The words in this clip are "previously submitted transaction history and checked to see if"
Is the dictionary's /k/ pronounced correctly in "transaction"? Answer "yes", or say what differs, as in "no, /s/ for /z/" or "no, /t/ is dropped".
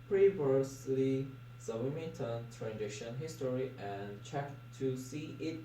no, /k/ is dropped